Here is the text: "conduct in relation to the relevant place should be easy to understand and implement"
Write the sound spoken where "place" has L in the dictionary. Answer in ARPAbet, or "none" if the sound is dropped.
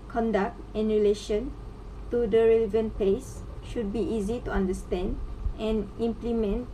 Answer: none